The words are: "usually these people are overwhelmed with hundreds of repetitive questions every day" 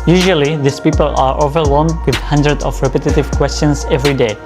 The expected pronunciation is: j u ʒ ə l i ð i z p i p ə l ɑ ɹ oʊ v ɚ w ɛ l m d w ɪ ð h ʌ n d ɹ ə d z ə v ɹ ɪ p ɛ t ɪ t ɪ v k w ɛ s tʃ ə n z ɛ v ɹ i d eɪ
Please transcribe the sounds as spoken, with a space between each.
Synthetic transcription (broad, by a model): j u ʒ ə l i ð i s p i p ə l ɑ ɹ oʊ v ɚ w ɛ l m d w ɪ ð h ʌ n d ɹ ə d ə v ɹ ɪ p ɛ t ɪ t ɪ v k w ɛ s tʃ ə n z ɛ v ɹ i d eɪ